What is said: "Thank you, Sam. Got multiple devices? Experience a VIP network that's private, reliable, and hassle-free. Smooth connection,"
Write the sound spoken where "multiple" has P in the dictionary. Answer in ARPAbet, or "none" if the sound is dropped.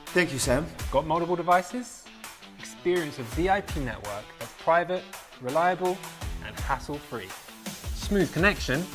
B